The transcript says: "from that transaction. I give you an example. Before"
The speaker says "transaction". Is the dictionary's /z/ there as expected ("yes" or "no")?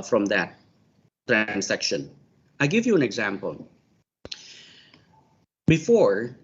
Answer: no